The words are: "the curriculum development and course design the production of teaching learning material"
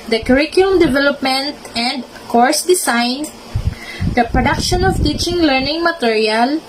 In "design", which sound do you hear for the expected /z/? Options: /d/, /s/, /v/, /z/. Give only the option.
/s/